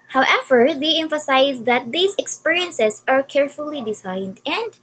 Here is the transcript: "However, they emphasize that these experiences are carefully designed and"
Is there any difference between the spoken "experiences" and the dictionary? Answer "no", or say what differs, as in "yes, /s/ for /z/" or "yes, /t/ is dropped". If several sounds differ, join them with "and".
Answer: yes, /s/ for /z/